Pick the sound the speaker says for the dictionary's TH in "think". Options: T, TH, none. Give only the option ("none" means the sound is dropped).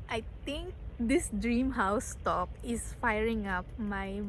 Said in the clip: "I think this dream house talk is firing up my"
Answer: T